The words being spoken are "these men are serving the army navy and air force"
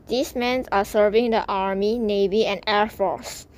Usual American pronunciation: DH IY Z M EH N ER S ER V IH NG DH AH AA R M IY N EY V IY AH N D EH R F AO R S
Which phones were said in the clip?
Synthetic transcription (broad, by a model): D IY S M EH N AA S ER V IH NG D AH AA R M IY N EY V IY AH N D EH R F AO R S